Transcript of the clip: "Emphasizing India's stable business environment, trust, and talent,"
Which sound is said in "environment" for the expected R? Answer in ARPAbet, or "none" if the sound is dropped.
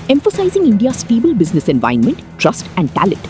none